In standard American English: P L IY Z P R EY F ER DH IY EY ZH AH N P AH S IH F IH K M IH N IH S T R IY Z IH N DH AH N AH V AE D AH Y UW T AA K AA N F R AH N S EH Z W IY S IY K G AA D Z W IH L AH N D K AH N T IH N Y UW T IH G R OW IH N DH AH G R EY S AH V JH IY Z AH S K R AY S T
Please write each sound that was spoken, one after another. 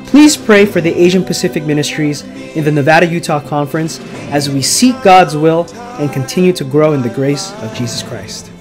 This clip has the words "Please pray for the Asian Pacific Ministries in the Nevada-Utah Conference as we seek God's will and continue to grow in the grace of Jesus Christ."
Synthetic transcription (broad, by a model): P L IY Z P R EY F ER DH IY EY ZH AH N P AH S IH F IH K M IH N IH S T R IY Z IH N DH AH N AH V AE D AH Y UW T AA K AA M F R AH N S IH Z W IY S IY K G AA D Z W IH L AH N K AH N T IH N Y UW T IH G R OW IH N DH AH G R EY S AH V JH IY Z AH S K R AY S T